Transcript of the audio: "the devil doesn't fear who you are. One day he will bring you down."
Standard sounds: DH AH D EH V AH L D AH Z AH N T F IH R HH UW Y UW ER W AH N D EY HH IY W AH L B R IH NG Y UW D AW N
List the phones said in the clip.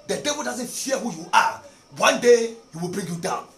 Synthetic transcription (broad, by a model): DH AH D EH V AH L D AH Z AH N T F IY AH HH UW Y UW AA W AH N D EY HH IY W AH L B R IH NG Y UW D AW N